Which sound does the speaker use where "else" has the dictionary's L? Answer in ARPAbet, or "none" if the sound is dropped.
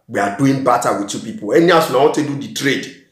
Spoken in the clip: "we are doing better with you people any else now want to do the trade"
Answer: none